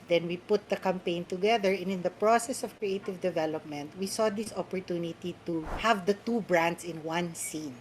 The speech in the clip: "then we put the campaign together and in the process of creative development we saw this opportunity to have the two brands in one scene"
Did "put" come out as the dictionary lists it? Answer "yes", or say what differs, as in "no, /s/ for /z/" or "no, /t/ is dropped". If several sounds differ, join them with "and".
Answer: yes